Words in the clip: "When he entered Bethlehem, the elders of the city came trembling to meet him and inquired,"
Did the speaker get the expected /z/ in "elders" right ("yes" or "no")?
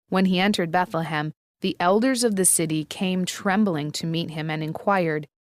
yes